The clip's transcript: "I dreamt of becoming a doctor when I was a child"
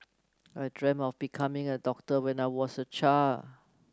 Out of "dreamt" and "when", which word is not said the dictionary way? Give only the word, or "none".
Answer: dreamt